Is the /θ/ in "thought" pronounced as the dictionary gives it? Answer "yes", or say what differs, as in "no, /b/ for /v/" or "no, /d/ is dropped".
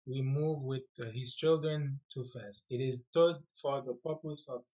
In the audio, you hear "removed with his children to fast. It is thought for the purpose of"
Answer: no, /t/ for /θ/